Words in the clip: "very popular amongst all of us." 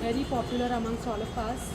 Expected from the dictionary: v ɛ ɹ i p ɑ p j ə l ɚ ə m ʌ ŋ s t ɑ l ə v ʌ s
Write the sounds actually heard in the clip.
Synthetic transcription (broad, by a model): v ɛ ɹ i p ɑ p j ə l ɚ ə m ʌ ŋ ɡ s ɑ l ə p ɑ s